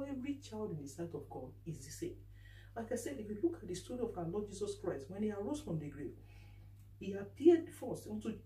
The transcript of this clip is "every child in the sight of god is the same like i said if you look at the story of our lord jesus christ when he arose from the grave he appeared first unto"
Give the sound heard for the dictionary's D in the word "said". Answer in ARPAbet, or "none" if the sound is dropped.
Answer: none